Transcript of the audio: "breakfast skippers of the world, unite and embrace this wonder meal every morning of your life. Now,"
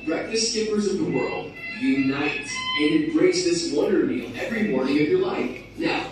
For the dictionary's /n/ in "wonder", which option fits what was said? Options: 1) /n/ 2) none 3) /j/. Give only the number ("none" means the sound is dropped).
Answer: 2